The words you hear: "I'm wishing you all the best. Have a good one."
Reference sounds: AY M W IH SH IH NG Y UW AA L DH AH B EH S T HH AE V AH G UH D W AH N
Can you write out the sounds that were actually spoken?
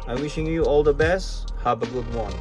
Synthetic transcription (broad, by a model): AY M W IH SH IH NG Y UW AA L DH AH B EH S T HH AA B AH G UH D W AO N